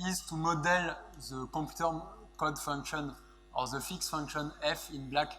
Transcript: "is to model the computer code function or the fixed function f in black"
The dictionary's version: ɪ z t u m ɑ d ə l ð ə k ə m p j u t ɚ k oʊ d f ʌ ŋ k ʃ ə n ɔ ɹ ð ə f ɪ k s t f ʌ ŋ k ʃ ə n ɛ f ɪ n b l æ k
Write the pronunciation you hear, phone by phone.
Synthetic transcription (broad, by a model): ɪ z t u m ɑ d ə l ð ə k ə p j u t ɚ k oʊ d f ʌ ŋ k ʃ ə n ɔ ɹ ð ə f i k s f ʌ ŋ k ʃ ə n ɛ f ɪ n b l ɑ k